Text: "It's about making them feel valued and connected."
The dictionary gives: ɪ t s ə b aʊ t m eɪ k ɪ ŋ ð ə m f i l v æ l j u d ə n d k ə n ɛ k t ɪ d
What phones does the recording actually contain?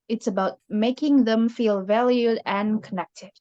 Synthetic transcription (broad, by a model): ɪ t s ə b aʊ t m eɪ k ɪ ŋ ð ə m f i l v æ l j u d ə n k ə n ɛ k t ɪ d